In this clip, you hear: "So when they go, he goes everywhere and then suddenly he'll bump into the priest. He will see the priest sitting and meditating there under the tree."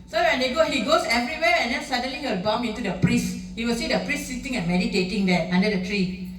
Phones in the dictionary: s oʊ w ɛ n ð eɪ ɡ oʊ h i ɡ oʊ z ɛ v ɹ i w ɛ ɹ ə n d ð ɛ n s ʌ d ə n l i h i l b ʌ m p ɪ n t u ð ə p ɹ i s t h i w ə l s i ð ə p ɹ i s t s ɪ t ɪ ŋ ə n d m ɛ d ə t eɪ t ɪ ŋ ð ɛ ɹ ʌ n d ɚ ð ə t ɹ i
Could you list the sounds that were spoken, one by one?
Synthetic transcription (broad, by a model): s oʊ w ɛ n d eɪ ɡ oʊ h i ɡ oʊ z ɛ v ɹ i w ɛ ɹ ə n d ɛ n s ʌ d ə n l i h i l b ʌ m ɪ n t u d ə p ɹ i s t h i w ə l s i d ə p ɹ i s t s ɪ t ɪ ŋ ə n m ɛ d ə t eɪ t ɪ ŋ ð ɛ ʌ n d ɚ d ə t ɹ i